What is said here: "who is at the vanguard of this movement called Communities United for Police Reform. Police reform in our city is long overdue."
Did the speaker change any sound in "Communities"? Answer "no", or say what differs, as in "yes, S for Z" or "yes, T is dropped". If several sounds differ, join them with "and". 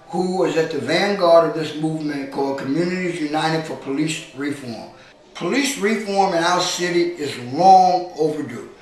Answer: no